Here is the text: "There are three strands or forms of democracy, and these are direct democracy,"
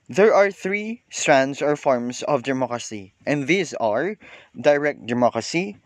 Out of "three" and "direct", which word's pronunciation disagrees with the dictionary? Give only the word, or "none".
none